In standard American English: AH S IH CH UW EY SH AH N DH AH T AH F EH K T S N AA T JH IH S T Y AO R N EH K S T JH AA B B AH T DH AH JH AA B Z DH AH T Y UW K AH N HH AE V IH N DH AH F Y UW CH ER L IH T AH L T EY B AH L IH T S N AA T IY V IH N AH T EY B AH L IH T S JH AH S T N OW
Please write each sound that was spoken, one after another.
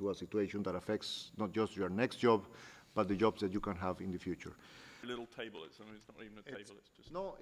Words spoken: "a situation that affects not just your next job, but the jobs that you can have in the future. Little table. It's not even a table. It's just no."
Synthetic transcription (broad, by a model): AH S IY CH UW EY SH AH N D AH T AH F EH K T S N AA T JH IH S T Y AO R N EH K S T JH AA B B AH T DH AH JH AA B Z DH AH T Y UW K AH N HH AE V IH N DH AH F Y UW CH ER L IH T L T EY B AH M IH T S N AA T IY V N AH T EY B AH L IH T S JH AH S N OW